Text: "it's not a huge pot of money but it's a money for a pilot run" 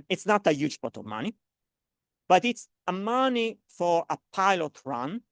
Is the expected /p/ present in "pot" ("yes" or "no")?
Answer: no